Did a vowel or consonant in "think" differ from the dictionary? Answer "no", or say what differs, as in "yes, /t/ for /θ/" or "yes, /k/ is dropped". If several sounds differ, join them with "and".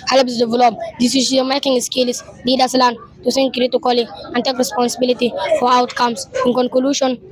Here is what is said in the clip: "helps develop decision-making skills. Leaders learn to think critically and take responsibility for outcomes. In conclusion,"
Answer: yes, /s/ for /θ/